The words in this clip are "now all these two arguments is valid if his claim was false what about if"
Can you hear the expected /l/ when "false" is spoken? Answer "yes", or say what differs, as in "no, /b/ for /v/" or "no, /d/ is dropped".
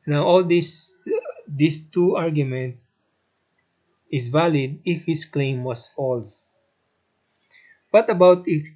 yes